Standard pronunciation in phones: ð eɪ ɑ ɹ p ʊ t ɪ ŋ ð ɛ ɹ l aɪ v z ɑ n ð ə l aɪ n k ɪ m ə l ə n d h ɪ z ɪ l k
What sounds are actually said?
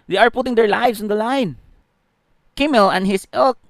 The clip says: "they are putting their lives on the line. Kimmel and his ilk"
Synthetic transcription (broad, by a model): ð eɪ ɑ ɹ p ʊ t ɪ ŋ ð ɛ ɹ l aɪ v s ɑ n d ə l aɪ n k ɪ m ə l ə n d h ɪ s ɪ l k